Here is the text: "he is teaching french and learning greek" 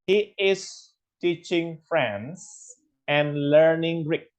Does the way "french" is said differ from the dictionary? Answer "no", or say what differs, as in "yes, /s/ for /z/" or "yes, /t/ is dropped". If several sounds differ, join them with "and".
yes, /s/ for /tʃ/